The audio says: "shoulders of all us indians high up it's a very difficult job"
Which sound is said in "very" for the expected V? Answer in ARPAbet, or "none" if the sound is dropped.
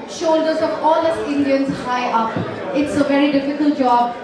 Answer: V